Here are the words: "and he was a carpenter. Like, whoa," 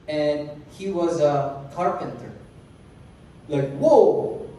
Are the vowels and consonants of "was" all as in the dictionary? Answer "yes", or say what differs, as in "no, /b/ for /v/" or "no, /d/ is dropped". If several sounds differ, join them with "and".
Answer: yes